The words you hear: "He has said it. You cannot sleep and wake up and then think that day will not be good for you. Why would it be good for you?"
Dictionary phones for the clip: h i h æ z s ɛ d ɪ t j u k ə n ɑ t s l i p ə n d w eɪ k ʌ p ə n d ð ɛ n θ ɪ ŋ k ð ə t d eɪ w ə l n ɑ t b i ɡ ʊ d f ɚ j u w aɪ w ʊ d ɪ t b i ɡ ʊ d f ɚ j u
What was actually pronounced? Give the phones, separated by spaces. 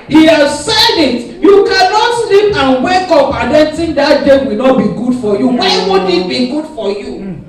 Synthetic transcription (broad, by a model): h i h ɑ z s ɛ d ɪ t j u k ə n ɑ t s l i p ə n w eɪ k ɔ p ə n d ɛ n t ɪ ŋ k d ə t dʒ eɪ w ə l n ɑ t b i ɡ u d f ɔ j u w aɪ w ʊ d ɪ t b i ɡ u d f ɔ j u